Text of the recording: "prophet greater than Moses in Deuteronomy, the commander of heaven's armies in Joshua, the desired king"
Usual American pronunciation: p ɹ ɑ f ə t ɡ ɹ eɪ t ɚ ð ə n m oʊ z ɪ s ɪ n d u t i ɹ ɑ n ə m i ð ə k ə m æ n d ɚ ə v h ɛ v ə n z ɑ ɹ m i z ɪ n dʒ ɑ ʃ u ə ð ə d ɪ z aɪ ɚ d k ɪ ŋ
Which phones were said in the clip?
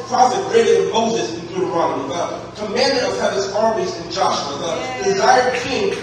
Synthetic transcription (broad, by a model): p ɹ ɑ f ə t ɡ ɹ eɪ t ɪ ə m oʊ z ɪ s ɪ n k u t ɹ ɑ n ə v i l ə k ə m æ n d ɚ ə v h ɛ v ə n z ɑ ɹ m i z ɪ n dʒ ɑ ʃ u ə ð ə d ɪ z aɪ ɚ d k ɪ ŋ